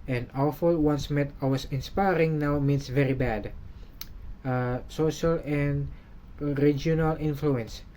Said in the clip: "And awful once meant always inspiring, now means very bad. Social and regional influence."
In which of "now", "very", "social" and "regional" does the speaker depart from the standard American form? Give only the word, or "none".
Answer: none